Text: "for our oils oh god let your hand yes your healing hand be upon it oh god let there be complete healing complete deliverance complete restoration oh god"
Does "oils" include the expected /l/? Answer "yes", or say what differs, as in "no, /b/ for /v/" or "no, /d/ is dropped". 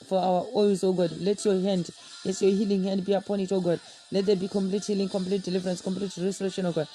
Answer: no, /l/ is dropped